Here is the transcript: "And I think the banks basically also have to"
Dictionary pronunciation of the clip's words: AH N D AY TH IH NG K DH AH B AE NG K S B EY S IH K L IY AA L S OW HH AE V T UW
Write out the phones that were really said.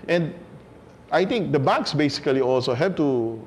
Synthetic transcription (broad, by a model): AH N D AY T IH NG K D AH B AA K S B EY S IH K L IY AA L S OW HH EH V T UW